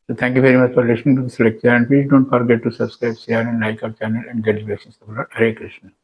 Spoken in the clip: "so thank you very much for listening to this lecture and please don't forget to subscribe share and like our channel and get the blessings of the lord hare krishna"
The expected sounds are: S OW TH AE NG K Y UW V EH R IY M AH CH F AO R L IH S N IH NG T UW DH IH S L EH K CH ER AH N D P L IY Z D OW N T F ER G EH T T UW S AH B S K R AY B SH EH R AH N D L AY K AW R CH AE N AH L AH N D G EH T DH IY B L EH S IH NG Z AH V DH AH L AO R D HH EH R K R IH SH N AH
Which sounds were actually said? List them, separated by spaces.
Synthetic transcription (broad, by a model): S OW T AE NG K Y UW V EH R IY M AH CH F AO R L IH S N IH NG T UW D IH S L EH K CH ER AH N D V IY D OW N T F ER G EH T T UW S AH B S K R AY B S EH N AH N L AY K AW R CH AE N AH L AH N D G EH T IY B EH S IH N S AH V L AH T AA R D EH K R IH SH N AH